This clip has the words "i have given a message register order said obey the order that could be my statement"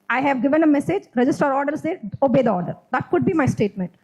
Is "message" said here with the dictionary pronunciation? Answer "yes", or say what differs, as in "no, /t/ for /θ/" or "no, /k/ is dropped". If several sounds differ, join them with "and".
yes